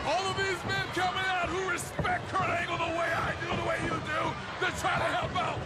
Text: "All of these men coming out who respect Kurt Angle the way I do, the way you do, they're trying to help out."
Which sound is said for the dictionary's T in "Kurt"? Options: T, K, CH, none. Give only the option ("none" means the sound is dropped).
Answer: none